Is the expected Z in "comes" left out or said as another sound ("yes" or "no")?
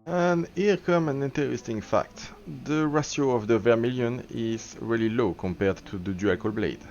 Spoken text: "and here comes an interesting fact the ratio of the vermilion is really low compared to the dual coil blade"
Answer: yes